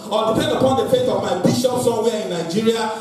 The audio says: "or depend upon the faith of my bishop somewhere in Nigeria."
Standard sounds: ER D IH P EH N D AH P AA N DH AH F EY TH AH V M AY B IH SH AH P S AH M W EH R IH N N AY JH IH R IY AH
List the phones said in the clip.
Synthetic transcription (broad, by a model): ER D IH P EH N D AH P AA N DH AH F EY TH AH V M AY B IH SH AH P S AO W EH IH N N AY JH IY R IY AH